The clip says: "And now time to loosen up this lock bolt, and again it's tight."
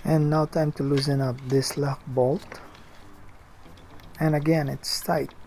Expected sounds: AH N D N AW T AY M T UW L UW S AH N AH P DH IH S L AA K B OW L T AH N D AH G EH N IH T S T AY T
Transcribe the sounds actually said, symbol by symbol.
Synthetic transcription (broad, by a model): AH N N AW T AY M T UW L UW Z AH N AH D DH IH S L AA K B OW L T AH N AH G EH N IH T S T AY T